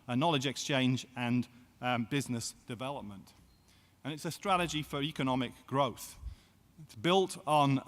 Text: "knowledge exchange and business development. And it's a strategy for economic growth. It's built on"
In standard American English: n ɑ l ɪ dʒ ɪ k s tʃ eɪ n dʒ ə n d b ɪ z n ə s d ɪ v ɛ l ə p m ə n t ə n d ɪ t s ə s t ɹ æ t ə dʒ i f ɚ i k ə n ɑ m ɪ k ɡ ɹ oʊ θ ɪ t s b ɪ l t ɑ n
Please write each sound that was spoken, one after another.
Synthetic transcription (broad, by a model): n ɑ l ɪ dʒ ɪ k s tʃ eɪ n dʒ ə n b ɪ z n ə s d ɪ v ɛ l ə p m ə n t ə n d ɪ t s ə s t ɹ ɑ t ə dʒ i f ɚ i k ə n ɑ m ɪ k ɡ ɹ oʊ θ ɪ t s b ɪ l t n